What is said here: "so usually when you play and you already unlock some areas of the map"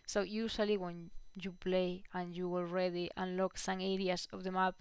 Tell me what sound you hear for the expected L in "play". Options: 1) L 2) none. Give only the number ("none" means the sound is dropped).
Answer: 1